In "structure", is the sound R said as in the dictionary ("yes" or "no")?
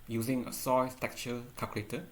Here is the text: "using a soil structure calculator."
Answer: no